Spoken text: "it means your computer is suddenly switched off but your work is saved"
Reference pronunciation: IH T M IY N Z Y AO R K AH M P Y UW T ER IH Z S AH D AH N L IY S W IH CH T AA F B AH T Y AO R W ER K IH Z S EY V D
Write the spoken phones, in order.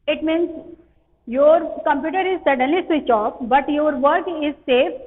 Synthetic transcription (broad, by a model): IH T M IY N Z Y AO R K AH M P Y UW T ER IH Z S AH D AH N L IY S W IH CH AA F B AH T Y AO R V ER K IH Z S EY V